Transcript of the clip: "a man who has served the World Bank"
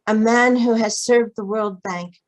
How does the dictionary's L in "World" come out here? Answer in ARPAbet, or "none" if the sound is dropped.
L